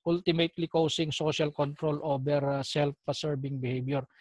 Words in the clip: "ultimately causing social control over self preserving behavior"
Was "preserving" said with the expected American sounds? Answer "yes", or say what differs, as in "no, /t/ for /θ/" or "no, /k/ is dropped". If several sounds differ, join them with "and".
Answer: no, /s/ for /z/ and /b/ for /v/